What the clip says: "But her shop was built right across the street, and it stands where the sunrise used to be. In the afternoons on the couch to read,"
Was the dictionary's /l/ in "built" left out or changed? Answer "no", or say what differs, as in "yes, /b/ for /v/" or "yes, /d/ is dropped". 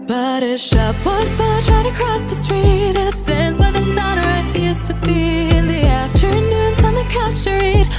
yes, /l/ is dropped